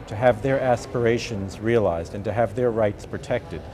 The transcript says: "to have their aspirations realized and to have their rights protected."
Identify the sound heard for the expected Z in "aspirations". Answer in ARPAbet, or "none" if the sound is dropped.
Z